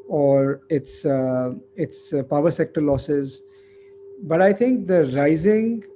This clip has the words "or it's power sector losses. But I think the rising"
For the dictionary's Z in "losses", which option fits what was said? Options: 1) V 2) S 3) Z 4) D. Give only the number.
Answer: 3